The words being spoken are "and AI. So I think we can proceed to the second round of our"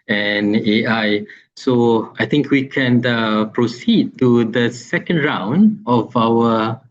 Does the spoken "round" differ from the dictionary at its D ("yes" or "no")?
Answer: no